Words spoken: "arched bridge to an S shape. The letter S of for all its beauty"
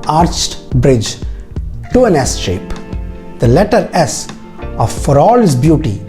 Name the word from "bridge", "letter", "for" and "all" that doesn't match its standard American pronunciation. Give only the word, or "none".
none